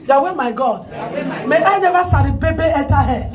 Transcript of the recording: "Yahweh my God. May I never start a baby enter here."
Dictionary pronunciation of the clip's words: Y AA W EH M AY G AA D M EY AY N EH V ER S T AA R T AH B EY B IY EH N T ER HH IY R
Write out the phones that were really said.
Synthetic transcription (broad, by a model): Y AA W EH M AY G AA D M EY AY N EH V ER S AA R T AH B EY B IY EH T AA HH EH